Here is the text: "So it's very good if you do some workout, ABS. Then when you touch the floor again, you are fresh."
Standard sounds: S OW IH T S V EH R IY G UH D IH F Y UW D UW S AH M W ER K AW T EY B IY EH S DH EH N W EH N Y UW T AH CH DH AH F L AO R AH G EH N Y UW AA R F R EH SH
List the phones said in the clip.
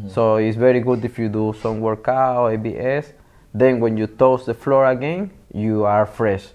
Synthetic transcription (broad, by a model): S OW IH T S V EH R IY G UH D IH F Y UW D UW S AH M W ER K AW EY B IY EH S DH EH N W EH N Y UW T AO S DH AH F L AO R AH G EH N Y UW AA R F R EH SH